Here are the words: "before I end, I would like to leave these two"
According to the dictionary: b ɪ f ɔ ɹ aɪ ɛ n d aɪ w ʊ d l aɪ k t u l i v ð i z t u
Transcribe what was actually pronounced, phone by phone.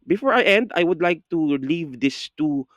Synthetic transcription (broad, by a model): b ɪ f ɔ ɹ aɪ ɛ n d aɪ w ʊ d l aɪ k t u l i v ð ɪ s t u